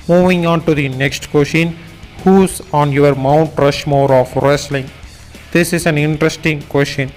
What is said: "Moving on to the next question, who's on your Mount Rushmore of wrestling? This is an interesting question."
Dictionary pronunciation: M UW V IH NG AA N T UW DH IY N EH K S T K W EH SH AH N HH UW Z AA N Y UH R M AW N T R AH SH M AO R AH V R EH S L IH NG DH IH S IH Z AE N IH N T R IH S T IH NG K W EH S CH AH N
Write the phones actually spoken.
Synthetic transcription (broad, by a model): M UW V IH NG AA N T UW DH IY N EH K S T K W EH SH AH N HH UW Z AA N Y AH R M AW N T R AH SH M AO R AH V R EH S L IH NG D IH S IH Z AE N IH N T R IH S T IH NG K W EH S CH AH N